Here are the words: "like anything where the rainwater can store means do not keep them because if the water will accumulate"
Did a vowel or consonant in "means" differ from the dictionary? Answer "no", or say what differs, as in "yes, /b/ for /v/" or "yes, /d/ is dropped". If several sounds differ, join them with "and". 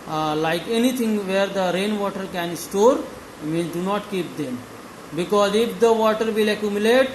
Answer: yes, /z/ is dropped